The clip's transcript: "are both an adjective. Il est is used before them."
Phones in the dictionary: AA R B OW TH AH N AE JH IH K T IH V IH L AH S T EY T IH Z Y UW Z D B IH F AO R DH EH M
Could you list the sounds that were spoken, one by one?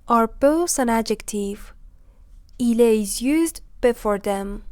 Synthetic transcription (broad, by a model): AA R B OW S AH N AE JH IH K T IH V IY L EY IH Z Y UW Z D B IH F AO R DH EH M